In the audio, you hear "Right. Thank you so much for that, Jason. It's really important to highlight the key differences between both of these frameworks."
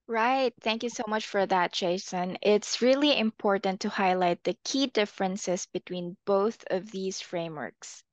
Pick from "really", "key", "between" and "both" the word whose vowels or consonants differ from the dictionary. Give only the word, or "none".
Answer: none